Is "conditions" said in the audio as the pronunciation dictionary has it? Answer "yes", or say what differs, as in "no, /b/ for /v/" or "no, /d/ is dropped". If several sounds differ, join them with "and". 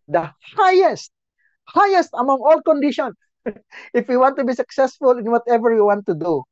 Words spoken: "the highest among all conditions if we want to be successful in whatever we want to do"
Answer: no, /z/ is dropped